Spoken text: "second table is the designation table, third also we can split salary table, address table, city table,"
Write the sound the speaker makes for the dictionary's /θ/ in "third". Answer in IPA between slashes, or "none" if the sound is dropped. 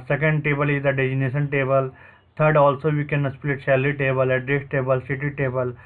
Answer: /t/